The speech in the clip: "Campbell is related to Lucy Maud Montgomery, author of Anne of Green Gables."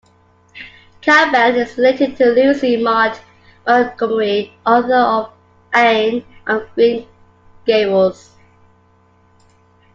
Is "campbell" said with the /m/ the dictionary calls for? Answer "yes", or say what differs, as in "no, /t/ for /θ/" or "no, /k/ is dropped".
no, /m/ is dropped